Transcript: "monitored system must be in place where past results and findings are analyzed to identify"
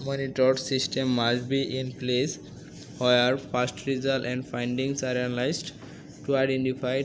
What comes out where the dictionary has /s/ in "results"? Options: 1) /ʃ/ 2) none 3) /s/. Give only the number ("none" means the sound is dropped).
2